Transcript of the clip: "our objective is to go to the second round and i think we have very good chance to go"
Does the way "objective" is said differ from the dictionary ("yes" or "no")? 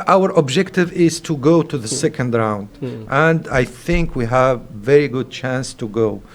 no